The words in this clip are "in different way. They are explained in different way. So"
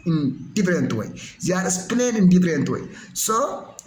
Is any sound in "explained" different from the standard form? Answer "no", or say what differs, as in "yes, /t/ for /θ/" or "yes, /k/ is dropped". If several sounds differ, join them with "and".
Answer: yes, /k/ is dropped and /d/ is dropped